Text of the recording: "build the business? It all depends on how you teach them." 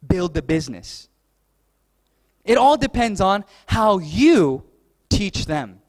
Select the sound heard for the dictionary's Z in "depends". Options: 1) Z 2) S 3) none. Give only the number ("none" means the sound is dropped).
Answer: 1